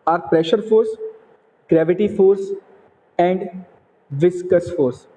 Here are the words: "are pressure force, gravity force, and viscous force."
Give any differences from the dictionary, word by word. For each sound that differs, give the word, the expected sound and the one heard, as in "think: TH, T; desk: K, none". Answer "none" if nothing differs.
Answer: none